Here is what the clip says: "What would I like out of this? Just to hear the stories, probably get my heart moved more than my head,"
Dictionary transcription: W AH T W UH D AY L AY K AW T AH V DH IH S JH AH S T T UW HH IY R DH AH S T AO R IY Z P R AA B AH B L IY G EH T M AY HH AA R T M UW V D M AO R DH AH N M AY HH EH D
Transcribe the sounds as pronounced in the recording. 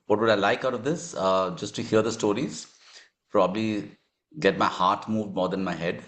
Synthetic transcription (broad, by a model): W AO T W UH D AY L AY K AW T AH V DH IH S JH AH S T T UW HH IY R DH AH S T AO R IY Z P R AA B AH B L IY G EH T M AY HH AA R T M UW V D M AO R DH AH N M AY HH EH D